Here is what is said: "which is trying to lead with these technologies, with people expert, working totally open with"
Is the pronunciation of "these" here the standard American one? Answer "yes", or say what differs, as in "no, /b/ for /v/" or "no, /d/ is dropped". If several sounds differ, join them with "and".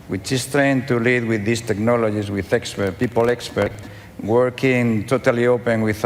no, /s/ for /z/